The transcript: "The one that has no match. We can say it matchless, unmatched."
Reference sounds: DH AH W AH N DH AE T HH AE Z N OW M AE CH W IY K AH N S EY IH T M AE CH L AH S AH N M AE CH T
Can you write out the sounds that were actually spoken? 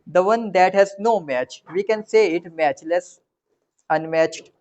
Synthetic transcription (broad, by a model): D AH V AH N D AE T HH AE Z N OW M AE CH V IY K AH N S EY IH T M AE CH L AH S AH N M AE CH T